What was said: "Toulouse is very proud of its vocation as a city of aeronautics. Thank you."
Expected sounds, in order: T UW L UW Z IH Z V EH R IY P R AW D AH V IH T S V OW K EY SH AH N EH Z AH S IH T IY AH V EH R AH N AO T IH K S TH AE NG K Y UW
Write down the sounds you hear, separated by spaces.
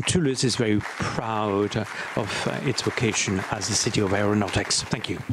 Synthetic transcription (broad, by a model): T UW L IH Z IH Z V EH R IY P R AW D AH V IH T S V OW K EY SH AH N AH Z AH S IH T IY AH V EH R AH N AO T IH K S TH AE NG K Y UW